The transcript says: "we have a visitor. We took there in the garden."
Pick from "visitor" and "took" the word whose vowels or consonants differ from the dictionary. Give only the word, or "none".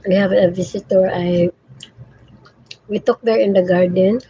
visitor